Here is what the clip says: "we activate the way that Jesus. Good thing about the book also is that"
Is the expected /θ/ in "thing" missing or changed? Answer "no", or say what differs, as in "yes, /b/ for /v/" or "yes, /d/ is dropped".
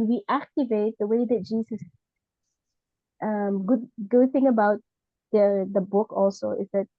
no